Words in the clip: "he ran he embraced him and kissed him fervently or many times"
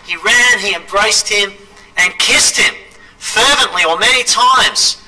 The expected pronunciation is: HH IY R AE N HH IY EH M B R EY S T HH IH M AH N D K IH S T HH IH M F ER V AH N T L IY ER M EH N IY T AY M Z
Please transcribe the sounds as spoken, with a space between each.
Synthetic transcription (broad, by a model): HH IY R AE N IY EH M B R EY S T HH IH M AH N K IH S T HH IH M F ER V AH N T L IY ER M EH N IY T AY M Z